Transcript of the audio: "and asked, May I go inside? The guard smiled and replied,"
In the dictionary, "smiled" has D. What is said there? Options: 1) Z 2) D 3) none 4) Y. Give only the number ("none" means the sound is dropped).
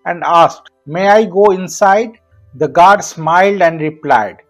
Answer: 2